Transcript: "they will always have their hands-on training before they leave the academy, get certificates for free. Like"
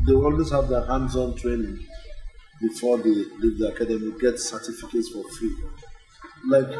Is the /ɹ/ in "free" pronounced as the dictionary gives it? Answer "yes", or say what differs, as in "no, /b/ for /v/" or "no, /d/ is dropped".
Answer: no, /ɹ/ is dropped